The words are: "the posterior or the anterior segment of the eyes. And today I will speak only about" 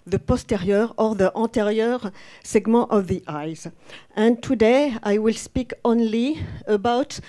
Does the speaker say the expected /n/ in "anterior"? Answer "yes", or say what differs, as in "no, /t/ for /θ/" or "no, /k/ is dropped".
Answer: no, /n/ is dropped